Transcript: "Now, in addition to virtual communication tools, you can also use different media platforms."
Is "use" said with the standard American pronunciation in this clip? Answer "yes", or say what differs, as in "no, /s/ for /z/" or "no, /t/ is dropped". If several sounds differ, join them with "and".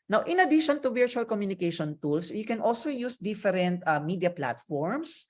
yes